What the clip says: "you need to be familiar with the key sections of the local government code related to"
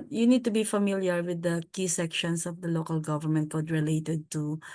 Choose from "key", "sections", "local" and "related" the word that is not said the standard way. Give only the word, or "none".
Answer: sections